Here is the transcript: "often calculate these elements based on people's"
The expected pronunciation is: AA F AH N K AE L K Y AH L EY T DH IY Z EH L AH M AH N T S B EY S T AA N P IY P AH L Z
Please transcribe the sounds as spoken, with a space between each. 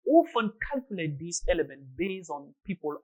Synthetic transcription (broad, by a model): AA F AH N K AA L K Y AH L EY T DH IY S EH L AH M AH N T B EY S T AA N P IY P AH L